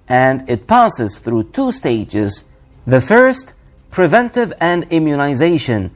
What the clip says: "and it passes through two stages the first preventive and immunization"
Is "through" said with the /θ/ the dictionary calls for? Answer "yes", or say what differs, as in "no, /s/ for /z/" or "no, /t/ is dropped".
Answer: yes